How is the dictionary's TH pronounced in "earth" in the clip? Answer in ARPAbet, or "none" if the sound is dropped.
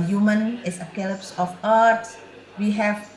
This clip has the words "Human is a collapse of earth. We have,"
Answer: S